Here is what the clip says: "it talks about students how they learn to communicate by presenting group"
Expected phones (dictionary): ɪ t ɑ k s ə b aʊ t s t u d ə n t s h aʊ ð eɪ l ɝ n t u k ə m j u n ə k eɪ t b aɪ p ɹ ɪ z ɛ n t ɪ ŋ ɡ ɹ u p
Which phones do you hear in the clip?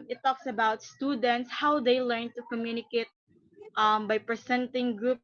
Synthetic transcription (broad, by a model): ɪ t ɑ k s ə b aʊ t s t u d ə n t s h aʊ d eɪ l ɝ n t u k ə m j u n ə k eɪ t b aɪ p ɹ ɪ s ɛ n t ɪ ŋ ɡ ɹ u p